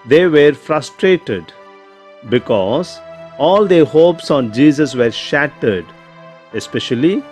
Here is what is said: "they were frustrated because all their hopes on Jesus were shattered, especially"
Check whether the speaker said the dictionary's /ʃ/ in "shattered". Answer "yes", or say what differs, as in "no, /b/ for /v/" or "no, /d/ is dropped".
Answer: yes